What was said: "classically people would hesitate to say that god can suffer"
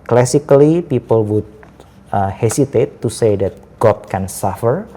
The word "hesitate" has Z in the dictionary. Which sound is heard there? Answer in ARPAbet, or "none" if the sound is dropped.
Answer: S